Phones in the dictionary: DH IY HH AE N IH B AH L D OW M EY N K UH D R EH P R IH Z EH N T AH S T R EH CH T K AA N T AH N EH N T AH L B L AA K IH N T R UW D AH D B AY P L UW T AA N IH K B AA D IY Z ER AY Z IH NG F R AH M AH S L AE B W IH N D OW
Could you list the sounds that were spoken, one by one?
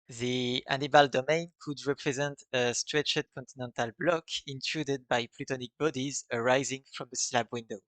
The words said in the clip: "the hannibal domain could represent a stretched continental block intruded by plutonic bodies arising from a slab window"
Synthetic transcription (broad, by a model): DH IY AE N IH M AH L D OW M EY N K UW D R EH P R IH Z EH N T AH S T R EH CH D K AA N T AH N EH N T AH L B L AA K IH N T R UW D AH D B AY P L UW T AA N IH K B AA D IY Z ER AY Z IH NG F R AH M AH S L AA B W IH N D OW